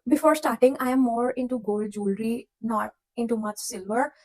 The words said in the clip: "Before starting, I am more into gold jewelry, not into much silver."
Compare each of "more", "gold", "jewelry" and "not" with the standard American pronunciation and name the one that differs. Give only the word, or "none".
none